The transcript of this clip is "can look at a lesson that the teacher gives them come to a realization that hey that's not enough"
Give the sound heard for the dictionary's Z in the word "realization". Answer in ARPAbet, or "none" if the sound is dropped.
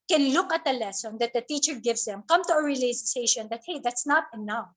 S